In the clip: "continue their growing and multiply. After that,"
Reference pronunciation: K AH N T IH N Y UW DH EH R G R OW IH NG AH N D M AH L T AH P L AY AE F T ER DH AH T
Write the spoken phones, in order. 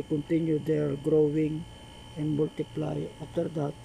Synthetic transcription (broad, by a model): K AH N T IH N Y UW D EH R G R OW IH NG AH N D M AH L T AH P L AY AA T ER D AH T